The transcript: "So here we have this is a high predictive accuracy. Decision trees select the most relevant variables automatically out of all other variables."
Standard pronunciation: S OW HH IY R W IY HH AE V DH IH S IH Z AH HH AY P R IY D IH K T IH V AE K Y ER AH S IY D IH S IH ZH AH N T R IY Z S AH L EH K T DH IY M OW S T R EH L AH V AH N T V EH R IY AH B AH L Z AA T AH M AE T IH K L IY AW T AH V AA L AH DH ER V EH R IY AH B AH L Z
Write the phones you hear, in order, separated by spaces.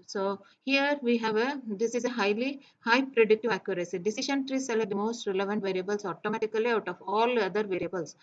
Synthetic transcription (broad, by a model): S OW HH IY R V IY HH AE V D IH S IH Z AH HH AY P R IY D IH K T IH V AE K Y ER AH S IY D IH S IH SH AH N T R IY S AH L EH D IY M OW S T R EH L AH V AH N T V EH R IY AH B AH L S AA T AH M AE T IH K L IY AW T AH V AA L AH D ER V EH R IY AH B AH L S